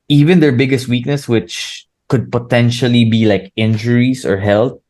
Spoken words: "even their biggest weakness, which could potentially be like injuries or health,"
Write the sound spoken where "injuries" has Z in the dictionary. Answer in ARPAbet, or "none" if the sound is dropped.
S